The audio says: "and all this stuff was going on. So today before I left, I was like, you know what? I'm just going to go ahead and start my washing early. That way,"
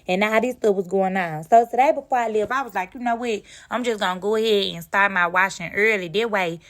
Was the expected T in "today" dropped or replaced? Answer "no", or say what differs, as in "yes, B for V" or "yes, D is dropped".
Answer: yes, S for T